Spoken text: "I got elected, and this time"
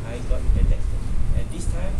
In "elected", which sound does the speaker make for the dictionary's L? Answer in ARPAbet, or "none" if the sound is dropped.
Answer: none